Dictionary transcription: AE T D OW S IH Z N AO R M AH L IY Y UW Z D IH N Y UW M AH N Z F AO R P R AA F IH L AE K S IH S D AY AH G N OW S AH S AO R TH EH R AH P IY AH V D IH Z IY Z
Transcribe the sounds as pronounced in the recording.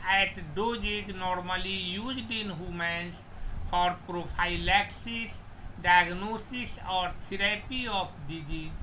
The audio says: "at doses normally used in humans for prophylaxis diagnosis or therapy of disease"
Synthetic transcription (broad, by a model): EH T D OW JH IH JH N AO R M AH L IY Y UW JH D IH N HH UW M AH N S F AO R P R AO P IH L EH K S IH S D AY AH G N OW S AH S AO R T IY R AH P IY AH P D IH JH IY